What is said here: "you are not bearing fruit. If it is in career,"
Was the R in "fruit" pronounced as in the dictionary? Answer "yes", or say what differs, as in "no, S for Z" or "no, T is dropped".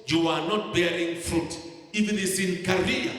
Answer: yes